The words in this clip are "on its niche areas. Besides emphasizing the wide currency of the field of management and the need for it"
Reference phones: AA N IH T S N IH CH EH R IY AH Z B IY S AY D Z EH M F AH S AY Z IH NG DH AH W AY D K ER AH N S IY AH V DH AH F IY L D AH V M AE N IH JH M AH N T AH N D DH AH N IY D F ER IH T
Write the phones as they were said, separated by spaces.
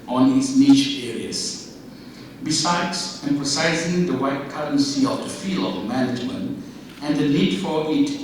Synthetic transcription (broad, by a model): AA N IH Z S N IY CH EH R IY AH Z B IY S AY D Z EH M F AH S AY Z IH NG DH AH W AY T K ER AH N S IY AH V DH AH F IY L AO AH M AE N IH JH M AH N T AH N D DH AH N IY D F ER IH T